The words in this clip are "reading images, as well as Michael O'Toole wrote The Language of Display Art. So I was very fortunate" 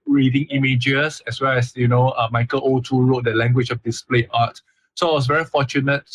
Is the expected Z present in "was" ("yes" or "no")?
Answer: no